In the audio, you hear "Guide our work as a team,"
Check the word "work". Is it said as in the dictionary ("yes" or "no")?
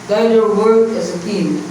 no